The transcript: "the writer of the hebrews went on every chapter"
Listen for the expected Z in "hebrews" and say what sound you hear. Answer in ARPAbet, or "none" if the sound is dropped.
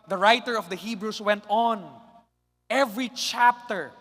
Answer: S